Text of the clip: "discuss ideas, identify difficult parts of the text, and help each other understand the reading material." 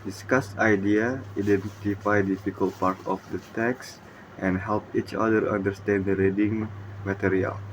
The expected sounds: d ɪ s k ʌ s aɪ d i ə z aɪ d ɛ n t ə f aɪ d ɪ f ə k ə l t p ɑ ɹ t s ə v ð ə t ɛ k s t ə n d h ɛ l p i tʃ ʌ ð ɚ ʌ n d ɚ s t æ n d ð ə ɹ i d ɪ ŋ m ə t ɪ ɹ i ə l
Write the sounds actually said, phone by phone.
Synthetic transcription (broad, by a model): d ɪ s k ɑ s aɪ d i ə aɪ d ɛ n t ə f aɪ d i f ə k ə l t p ɑ ɹ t ə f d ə t ɛ k s t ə n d h ɛ l p i tʃ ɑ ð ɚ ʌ n d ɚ s t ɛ n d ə ɹ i d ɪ ŋ m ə t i ɹ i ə l